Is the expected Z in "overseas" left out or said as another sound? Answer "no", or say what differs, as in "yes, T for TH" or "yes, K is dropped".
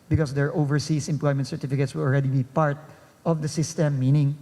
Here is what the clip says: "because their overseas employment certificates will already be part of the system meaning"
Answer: yes, S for Z